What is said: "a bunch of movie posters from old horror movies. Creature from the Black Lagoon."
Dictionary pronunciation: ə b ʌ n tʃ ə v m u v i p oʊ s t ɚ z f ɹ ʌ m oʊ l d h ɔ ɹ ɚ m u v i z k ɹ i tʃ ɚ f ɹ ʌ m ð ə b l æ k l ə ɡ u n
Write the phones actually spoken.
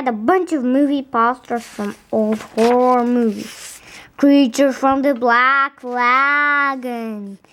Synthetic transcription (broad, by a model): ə b ʌ n tʃ ə v m u v i p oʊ s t ɚ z f ɹ ʌ m oʊ l d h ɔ ɹ m u v i z k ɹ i tʃ ɚ f ɹ ʌ m ð ə b l æ k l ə ɡ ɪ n